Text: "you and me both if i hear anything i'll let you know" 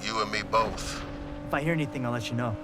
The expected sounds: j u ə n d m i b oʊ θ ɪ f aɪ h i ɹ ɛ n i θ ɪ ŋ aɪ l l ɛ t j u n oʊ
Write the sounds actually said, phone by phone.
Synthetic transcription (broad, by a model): j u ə n m i b oʊ θ ɪ f aɪ h i ɹ ɛ n i θ ɪ ŋ aɪ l l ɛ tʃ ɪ n oʊ